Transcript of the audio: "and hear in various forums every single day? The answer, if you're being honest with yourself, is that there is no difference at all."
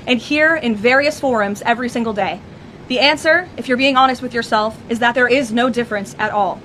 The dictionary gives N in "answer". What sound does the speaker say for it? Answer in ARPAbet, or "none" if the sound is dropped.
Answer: N